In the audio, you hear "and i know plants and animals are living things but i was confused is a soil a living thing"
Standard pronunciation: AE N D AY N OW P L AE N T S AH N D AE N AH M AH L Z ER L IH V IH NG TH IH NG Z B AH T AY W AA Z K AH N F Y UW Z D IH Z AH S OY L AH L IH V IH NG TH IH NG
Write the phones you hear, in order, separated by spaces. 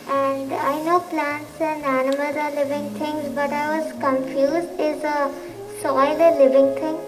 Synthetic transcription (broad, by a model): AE N D AY N OW P L AE N T S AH N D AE N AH M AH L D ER L IH V IH NG T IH NG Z B AH T AY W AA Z K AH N F Y UW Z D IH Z AH S OY L AH L IH V IH NG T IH NG